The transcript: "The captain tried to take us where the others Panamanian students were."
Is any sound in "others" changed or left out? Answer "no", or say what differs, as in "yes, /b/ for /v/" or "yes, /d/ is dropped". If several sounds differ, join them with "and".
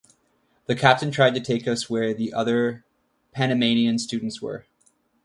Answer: yes, /z/ is dropped